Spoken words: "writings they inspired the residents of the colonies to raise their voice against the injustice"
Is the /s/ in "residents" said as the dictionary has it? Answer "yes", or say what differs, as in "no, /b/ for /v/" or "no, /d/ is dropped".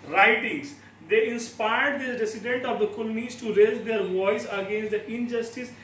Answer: no, /s/ is dropped